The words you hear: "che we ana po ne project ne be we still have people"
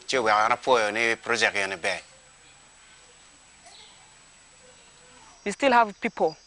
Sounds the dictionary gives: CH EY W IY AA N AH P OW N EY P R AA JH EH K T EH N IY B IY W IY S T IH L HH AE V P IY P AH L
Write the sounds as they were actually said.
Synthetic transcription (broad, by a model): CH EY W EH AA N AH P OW N EY P R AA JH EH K EH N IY B IY W IY S T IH L HH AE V P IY P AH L